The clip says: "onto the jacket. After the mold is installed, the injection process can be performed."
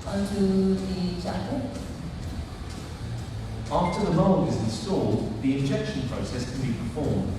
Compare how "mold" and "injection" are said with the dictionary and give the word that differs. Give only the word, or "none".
mold